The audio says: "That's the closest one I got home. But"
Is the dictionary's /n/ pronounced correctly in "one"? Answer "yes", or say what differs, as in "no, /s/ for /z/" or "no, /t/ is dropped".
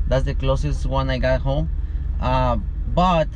yes